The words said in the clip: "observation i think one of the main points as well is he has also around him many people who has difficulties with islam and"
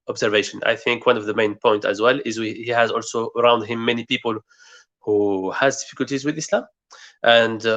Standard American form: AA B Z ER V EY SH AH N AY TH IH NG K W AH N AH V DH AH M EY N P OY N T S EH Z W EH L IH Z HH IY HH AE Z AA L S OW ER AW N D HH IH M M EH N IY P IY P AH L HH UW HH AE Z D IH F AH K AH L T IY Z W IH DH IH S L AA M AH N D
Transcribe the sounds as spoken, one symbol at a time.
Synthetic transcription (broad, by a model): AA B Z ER V EY SH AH N AY TH IH NG K W AH N AH V DH AH M EY N P OY N T IH Z W EH L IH Z HH IY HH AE Z AA L S OW ER AW N D HH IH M M EH N IY P IY P AH L HH UW HH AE Z D IH F AH K AH L T IY Z W IH DH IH S L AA M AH N D